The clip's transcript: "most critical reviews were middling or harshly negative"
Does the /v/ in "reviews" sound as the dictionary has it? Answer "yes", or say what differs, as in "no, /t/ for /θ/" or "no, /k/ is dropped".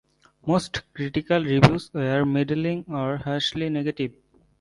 no, /b/ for /v/